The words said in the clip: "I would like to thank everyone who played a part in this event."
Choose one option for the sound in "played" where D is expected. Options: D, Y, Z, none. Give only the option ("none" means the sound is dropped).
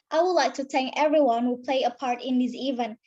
none